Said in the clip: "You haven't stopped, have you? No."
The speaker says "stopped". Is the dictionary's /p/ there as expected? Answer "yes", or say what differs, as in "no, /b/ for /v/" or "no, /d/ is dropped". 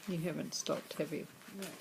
yes